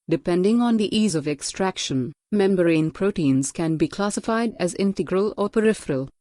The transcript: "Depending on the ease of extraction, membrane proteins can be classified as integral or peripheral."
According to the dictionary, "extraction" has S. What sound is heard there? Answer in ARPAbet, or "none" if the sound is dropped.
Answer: S